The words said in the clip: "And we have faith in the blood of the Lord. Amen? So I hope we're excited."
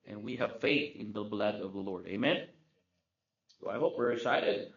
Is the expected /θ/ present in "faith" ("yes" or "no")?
yes